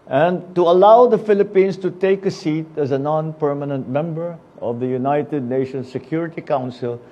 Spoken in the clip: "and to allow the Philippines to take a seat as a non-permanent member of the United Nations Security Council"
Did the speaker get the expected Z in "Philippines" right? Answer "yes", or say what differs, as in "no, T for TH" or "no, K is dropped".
no, S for Z